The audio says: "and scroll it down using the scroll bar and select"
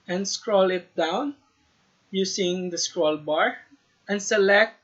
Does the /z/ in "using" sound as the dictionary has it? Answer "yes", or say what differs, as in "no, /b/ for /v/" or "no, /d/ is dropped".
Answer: no, /s/ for /z/